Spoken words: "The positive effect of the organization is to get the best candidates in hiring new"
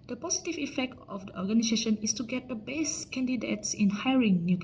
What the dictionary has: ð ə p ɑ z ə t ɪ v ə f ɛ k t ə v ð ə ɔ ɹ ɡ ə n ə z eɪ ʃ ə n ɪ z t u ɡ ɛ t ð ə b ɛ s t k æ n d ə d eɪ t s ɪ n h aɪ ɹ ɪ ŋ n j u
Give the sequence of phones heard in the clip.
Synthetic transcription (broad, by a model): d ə p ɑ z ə t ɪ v ə f ɛ k t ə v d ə ɔ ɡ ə n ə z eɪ ʃ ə n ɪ s t u ɡ ɛ t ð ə b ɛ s k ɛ n d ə d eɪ t s ɪ n h aɪ ɹ ɪ ŋ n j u